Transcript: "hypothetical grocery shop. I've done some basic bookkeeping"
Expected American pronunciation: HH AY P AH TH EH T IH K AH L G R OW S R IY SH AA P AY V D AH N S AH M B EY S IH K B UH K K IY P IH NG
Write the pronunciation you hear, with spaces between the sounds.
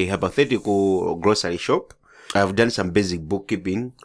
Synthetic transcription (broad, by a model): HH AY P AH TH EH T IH K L G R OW S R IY SH AA P AY V D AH N S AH M B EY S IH K B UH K K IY P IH NG